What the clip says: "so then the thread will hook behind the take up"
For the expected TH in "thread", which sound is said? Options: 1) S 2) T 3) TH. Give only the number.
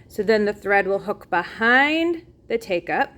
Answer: 3